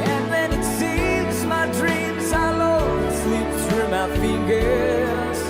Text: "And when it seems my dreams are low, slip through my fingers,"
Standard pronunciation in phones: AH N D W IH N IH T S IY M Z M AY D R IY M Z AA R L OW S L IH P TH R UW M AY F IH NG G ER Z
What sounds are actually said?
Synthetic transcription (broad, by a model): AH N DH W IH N IH T S IY M Z M AY D R IY M Z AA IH L OW S L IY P S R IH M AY F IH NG G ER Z